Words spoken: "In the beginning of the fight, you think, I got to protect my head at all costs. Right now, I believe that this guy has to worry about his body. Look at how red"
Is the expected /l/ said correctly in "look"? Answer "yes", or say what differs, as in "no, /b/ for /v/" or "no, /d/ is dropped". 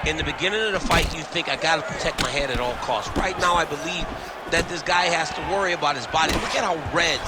no, /w/ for /l/